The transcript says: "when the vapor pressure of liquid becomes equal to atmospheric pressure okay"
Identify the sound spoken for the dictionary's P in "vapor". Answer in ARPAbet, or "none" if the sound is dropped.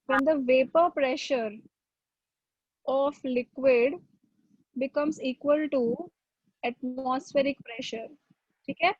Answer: P